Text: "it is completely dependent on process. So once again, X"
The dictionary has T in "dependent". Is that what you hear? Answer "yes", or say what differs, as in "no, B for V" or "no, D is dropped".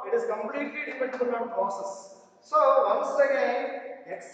no, T is dropped